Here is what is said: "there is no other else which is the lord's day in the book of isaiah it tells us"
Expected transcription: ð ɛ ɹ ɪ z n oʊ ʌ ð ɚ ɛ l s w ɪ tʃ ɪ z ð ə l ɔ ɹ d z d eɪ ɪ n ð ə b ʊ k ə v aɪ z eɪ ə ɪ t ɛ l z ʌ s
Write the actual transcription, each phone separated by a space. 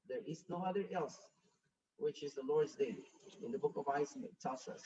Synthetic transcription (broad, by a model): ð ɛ ɹ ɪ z n oʊ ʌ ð ɚ ɛ l s w ɪ tʃ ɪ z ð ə l ɔ ɹ d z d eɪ ɪ n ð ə b ʊ k ə v aɪ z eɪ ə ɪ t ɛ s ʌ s